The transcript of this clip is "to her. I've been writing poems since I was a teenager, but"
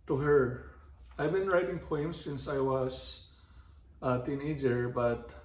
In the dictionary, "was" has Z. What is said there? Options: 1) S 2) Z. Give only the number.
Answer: 1